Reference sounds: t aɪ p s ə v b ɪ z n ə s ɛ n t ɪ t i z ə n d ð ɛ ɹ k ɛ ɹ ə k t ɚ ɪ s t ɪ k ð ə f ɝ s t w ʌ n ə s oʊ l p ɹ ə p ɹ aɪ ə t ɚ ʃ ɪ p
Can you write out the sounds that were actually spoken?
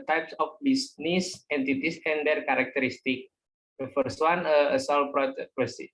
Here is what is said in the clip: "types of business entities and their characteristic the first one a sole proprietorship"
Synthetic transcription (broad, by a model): t aɪ p s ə f b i s n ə s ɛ n t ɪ t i s ə n d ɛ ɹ k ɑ ɹ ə k t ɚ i s t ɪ k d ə f ɝ s t w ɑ n ə s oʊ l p ɹ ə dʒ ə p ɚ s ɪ